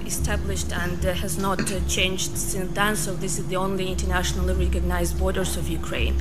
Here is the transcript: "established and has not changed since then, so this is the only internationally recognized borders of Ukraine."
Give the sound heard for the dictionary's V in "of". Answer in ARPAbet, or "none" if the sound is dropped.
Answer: V